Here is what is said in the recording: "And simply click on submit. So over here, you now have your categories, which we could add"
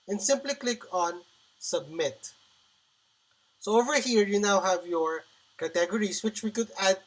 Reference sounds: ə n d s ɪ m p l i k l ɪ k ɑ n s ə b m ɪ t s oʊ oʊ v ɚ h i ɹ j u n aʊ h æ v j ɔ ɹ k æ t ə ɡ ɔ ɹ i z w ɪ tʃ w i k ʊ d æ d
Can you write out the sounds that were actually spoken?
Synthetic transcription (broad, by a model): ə n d s ɪ m p l i k l ɪ k ɑ n s ə b m ɪ t s oʊ oʊ v ɚ h i ɹ j u n aʊ h æ v j ɔ ɹ k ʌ t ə ɡ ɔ ɹ i s w ɪ tʃ w i k ʊ d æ d